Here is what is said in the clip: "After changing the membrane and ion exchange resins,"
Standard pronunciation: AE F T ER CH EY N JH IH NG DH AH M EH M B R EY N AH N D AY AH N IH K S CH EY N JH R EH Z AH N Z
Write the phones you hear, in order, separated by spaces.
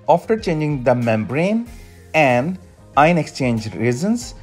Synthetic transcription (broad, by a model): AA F T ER CH EY N JH IH NG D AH M EH M B R EY N AH N D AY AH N IH K S CH EY N JH R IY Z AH N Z